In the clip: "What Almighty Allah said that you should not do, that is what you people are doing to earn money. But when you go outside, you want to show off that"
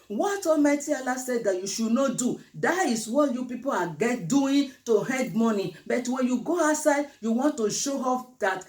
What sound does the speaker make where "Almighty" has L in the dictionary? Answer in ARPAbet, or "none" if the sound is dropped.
none